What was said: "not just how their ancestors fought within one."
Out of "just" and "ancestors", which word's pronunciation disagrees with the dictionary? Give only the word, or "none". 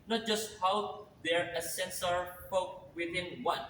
ancestors